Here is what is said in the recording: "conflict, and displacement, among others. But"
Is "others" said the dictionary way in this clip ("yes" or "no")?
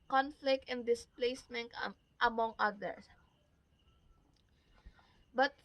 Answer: no